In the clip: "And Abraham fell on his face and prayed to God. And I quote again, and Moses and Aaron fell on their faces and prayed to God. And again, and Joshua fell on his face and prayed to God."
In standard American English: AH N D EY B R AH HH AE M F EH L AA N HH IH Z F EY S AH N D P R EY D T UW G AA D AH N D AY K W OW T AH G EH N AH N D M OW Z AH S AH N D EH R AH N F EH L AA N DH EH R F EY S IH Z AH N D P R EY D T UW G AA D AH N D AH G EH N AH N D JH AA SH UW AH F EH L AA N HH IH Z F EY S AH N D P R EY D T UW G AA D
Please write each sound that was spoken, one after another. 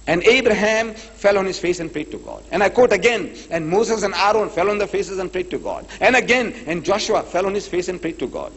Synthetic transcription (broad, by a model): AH N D EY B R AH HH AE M F EH L AA N HH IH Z F EY S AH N P R EY D T UW G AA D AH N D AY K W OW T AH G EH N AH N D M OW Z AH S AH N D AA R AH N F EH L AA N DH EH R F EY S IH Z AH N P R EY D T UW G AA D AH N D AH G EH N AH N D JH AA SH UW AH F EH L AA N HH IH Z F EY S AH N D P R EY D T UW G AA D